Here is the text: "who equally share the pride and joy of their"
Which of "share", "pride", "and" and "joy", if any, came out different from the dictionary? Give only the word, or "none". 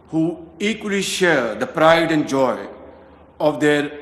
none